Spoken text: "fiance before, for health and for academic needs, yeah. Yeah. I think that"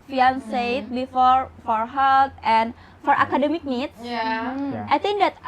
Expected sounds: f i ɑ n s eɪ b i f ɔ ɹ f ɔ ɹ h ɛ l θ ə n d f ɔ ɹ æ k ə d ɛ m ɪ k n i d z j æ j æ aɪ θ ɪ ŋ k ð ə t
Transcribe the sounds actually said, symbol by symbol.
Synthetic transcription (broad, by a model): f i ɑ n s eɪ b i f ɔ ɹ f ɔ ɹ h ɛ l t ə n f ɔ ɹ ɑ k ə d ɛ m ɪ k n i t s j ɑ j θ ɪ ŋ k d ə t